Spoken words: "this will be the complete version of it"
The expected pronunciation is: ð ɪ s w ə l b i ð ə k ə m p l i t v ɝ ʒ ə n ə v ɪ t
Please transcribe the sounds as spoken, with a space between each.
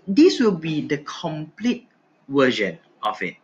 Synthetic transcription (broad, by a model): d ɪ s w ə l b i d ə k ə m p l i t w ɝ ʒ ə n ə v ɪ t